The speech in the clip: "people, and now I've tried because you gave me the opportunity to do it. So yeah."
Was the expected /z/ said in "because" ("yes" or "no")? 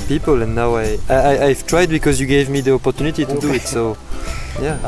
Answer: yes